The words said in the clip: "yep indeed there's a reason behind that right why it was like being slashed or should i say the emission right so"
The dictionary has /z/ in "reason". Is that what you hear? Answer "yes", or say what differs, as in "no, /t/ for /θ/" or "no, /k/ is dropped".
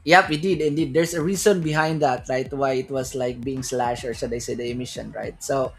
no, /s/ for /z/